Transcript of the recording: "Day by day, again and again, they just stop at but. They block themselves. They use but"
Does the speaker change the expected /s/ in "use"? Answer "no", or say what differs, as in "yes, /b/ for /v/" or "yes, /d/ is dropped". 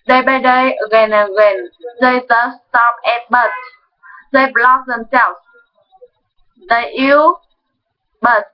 yes, /s/ is dropped